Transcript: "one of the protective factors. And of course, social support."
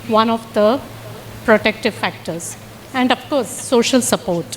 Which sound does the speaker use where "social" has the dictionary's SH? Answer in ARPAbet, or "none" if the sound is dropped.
SH